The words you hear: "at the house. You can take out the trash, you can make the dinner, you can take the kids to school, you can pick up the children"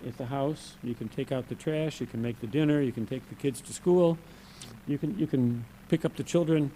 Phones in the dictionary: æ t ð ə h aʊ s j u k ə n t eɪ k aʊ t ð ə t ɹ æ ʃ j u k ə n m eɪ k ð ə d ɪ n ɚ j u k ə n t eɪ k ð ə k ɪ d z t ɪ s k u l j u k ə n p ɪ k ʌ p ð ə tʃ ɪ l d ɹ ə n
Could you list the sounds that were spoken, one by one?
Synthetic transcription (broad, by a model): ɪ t ð ə h aʊ s j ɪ k ə n t eɪ k aʊ t ð ə t ɹ æ ʃ j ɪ k ə n m eɪ k ð ə d ɪ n ɚ j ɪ k ə n t eɪ k ð ə k ɪ d z t ɪ s k u l j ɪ k ə n p ɪ k ʌ p ð ə tʃ ɪ l d ɹ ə n